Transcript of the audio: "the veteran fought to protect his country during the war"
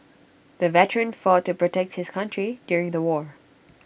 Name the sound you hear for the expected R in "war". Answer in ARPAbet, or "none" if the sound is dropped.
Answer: R